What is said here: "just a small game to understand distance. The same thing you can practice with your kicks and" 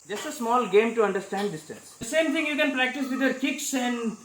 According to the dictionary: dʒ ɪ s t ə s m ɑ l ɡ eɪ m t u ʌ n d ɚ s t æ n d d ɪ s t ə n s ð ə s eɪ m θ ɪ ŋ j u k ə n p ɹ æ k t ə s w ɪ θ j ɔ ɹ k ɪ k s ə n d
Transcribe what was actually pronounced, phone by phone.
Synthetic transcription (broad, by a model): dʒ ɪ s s ə s m ɑ l ɡ eɪ m t u ʌ n d ɚ s t æ n d d ɪ s t ə n s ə s eɪ m t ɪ ŋ j u k ə n p ɹ æ k t ə s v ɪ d j ɔ ɹ k ɪ k s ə n d